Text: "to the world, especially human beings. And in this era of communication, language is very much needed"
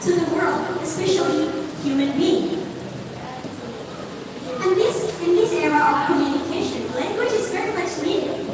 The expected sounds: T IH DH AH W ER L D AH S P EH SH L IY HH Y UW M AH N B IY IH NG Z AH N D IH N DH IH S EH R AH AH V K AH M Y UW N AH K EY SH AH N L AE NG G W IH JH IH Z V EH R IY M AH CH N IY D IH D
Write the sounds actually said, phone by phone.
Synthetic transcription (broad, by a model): T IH DH AH W ER L D AH S P EH SH L IY HH Y UW M AH N B IY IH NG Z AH N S IH N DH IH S EH R AH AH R K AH M Y UW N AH K EY SH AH N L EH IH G W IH CH IH Z V EH R IY M AH CH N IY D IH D